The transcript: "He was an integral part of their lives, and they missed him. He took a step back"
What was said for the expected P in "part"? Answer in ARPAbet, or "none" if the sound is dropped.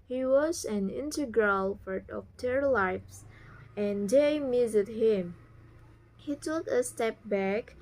F